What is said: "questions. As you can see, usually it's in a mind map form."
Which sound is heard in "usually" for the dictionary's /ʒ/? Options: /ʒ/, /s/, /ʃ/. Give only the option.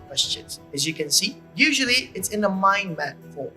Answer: /ʒ/